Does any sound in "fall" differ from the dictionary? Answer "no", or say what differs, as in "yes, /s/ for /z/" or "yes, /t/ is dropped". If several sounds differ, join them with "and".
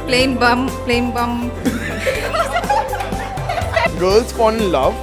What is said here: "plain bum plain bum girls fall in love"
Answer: yes, /n/ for /l/